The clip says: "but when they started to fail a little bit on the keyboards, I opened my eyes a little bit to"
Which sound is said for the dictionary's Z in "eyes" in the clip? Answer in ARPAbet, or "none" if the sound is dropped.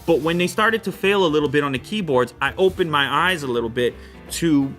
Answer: Z